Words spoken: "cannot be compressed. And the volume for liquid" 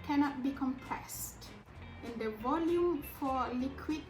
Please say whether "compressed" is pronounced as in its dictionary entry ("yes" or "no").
yes